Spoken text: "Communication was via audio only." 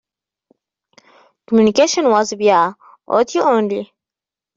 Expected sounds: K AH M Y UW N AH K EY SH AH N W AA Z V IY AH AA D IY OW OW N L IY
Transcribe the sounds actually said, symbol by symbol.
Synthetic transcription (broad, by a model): K AH M Y UW N AH K EY SH AH N W AA Z B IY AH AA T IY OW OW N L IY